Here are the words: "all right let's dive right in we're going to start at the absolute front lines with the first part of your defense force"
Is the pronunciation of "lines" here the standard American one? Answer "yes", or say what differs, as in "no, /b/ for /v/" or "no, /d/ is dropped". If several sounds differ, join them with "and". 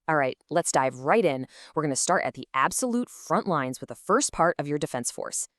yes